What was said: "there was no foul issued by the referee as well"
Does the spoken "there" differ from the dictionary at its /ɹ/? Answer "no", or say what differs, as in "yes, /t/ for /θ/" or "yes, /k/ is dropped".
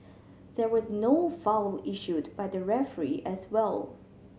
no